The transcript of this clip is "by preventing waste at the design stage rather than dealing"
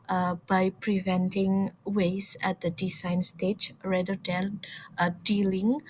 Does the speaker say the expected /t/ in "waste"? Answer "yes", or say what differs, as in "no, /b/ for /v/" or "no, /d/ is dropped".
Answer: no, /t/ is dropped